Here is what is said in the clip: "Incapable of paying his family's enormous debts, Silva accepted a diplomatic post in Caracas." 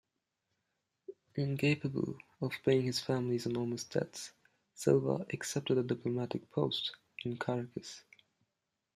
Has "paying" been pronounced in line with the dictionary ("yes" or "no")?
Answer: no